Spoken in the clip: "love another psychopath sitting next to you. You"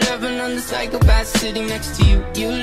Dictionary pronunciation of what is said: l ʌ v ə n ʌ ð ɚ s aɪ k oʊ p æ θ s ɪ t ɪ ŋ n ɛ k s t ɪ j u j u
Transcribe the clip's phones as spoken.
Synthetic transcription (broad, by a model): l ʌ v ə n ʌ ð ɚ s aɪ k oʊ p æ s s ɪ t ɪ ŋ n ɛ k s t ɪ j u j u